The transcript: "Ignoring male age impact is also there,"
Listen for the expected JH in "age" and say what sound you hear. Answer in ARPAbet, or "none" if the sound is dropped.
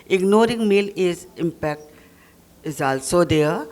Z